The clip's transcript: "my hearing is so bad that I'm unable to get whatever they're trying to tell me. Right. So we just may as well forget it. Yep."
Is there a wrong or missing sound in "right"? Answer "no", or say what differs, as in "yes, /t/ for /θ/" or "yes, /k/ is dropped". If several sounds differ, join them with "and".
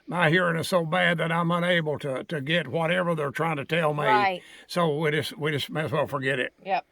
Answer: yes, /w/ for /ɹ/